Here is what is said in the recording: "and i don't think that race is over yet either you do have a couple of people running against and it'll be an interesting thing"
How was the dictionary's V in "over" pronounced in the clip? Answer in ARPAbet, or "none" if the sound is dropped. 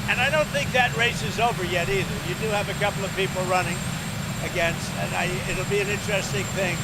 V